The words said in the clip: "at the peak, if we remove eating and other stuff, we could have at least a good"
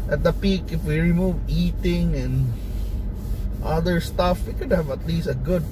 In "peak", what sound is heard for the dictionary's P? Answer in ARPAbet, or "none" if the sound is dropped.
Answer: P